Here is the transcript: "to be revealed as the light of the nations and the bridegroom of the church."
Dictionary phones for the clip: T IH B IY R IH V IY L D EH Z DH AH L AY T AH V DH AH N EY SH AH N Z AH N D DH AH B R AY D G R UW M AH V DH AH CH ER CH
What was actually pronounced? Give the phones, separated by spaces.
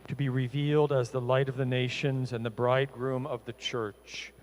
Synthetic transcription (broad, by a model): T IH B IY R IH V IY L D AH Z DH AH L AY T AH V DH AH N EY SH AH N Z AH N DH AH B R AY D G R UW M AH V DH AH CH ER CH